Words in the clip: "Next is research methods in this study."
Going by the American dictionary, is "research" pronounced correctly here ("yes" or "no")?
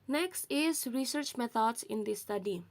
yes